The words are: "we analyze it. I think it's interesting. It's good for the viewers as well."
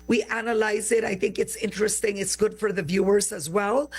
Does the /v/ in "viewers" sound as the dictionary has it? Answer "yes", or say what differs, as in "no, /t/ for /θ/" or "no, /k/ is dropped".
yes